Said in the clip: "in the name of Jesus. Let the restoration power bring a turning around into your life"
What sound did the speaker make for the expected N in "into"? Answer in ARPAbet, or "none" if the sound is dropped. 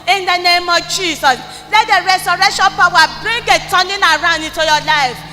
none